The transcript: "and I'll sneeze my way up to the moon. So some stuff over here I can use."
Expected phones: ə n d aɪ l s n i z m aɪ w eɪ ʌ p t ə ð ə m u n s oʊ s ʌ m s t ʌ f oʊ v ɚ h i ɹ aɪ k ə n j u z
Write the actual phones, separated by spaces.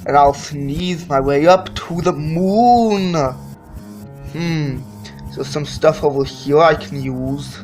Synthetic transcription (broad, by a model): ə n aɪ l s n i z m aɪ w eɪ ʌ p t ə ð ə m u n s oʊ s ʌ m s t ʌ f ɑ w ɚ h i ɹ aɪ k ə n j u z